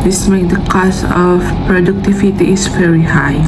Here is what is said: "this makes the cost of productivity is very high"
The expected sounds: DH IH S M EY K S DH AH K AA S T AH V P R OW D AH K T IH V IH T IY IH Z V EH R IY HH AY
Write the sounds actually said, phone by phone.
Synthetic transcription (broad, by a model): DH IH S M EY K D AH K AA S T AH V P R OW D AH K T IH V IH T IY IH S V EH R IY HH AY